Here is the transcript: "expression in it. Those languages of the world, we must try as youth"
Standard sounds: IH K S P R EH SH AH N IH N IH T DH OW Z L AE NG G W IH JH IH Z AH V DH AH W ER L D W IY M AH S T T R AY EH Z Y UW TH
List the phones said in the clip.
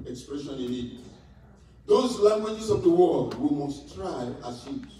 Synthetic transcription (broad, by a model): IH K S P R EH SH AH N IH L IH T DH OW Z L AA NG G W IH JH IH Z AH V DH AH W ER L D W IY M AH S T T R AY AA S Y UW